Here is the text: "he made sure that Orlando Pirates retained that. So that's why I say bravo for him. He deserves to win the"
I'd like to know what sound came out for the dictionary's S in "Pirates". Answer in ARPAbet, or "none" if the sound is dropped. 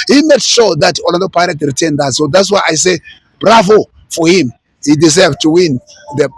none